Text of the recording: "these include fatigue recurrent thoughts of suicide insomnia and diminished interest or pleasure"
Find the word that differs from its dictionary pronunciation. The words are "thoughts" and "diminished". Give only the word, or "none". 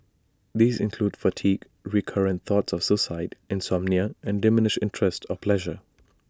diminished